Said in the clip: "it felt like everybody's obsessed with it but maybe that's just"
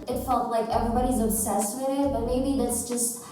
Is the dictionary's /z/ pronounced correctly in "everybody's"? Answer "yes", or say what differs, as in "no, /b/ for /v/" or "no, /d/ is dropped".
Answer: yes